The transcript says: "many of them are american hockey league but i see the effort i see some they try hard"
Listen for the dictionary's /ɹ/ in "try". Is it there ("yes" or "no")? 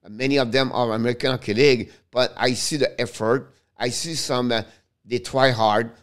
no